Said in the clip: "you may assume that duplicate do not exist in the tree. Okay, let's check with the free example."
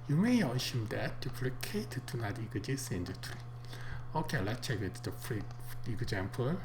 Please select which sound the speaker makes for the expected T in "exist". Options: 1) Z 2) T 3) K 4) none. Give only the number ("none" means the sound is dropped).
4